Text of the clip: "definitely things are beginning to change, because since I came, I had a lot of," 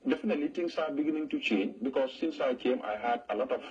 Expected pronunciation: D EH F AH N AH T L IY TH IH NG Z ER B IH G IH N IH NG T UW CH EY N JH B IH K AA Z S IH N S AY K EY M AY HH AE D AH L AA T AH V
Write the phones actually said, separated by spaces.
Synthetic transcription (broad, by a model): D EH F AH N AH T L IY T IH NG S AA B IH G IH N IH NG T UW CH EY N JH B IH K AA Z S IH N S AY K EY M AY HH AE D AH L AA T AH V